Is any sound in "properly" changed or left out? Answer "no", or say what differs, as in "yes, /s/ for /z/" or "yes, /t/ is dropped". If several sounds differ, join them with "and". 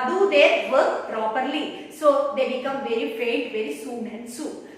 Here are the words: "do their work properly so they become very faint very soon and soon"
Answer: no